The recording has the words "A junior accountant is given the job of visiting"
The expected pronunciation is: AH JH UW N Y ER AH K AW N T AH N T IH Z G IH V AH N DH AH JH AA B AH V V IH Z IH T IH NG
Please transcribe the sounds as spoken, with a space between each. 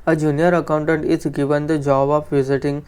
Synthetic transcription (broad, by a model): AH JH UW N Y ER AH K AW N T AH N T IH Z G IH V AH N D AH JH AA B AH P V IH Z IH T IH NG